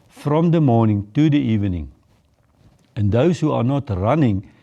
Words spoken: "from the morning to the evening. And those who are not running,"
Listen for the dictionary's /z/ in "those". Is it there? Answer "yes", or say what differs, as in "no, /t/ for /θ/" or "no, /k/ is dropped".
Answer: no, /s/ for /z/